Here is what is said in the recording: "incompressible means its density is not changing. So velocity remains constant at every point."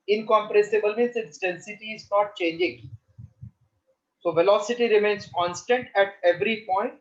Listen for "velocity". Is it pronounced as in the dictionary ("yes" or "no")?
yes